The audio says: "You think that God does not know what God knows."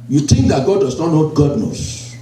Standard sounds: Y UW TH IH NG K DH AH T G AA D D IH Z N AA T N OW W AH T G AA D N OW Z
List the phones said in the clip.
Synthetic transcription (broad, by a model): Y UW T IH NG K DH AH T G AA D D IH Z N AA T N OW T G AA D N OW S